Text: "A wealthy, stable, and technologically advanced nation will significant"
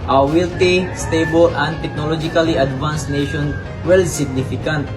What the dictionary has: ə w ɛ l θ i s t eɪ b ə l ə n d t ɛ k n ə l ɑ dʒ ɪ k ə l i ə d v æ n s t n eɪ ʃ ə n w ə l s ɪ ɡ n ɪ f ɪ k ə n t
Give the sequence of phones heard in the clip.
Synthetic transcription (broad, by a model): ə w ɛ l t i s t eɪ b ə l ə n d t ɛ k n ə l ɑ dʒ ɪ k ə l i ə d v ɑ n s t n eɪ ʃ ə n w ə l s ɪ ɡ n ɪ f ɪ k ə n t